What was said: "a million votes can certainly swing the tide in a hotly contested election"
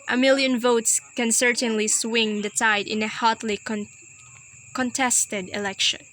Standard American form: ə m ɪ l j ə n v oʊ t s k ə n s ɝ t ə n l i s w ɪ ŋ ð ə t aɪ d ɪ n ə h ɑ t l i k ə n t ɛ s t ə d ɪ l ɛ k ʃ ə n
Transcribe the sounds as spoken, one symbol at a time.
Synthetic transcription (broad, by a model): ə m ɪ l j ə n v oʊ t s k ə n s ɝ t ə n l i s w ɪ ŋ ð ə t aɪ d ɪ n ə h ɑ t l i k ə n t ɛ s t ə d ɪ l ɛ k ʃ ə n